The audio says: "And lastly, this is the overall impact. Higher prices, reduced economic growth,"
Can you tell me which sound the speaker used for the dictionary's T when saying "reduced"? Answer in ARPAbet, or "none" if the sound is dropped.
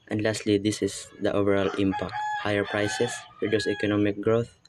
none